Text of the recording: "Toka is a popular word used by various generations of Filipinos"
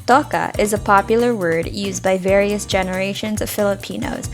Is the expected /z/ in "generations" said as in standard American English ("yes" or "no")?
yes